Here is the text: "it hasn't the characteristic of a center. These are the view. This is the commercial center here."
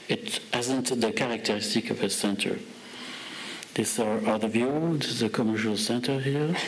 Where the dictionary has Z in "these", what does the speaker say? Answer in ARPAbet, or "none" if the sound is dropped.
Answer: S